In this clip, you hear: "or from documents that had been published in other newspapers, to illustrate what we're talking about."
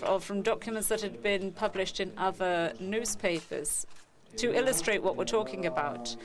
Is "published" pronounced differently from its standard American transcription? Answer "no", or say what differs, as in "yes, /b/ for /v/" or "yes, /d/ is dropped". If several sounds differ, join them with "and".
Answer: no